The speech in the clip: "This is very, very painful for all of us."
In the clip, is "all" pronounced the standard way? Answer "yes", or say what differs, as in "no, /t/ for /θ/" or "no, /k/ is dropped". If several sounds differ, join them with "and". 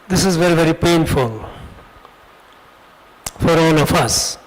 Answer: no, /n/ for /l/